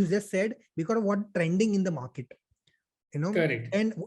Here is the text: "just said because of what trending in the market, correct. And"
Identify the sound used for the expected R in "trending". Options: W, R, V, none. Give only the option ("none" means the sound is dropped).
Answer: R